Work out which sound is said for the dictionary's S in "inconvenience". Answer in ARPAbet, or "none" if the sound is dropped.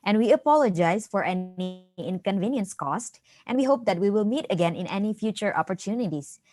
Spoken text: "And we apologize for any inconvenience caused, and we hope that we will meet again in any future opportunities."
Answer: S